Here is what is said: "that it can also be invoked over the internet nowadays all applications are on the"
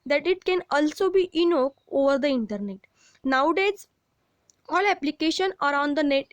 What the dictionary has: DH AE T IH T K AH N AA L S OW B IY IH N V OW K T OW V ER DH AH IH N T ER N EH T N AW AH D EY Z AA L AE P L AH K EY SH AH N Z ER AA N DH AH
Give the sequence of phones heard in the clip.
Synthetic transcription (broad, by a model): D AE T IH T K AH N AA L S OW B IY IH N OW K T OW V ER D AH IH N T ER N EH T N AW D EY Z AA L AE P L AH K EY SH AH N ER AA N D AH